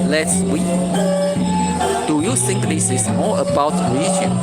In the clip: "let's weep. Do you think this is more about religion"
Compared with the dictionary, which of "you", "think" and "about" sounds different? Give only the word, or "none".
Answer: think